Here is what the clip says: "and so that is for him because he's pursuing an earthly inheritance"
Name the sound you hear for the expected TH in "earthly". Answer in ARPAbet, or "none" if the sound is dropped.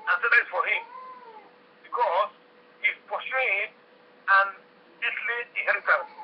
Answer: S